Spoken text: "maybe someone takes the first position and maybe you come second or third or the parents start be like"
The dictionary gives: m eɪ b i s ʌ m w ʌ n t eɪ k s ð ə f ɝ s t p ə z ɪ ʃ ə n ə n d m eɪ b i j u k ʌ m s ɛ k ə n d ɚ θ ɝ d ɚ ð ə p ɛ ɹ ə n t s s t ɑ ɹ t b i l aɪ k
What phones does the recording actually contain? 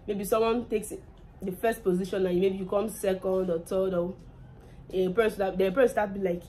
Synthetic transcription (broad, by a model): m eɪ b i s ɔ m w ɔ n t eɪ k s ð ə f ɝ s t p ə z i ʃ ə n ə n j m eɪ b i j u k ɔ m s ɛ k ə n d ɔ t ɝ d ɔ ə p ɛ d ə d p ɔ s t ɑ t b i l aɪ k